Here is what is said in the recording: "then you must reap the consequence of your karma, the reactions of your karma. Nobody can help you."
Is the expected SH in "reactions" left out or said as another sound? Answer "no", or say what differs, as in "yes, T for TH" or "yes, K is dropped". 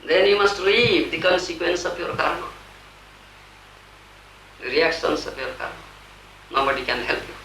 yes, S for SH